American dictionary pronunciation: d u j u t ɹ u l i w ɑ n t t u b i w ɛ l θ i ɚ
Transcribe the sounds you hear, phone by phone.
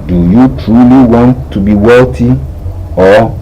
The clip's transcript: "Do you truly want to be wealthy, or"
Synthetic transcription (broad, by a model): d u j u t ɹ u l i w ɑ n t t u b i w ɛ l t i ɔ